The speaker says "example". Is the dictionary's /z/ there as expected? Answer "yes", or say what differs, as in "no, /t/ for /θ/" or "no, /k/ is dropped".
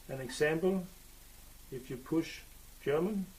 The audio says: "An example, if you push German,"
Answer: no, /s/ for /z/